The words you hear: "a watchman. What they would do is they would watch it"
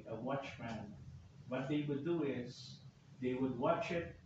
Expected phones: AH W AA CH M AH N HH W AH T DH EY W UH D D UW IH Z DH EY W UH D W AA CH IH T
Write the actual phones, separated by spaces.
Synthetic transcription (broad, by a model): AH W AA CH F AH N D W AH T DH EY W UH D D UW IH Z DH EY W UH D W AA CH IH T